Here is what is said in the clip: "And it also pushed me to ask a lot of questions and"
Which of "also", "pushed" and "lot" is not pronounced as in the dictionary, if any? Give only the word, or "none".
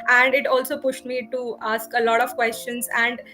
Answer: none